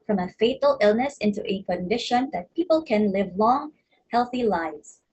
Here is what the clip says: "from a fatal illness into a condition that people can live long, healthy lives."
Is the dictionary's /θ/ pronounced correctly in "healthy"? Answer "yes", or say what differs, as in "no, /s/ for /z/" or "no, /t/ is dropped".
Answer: yes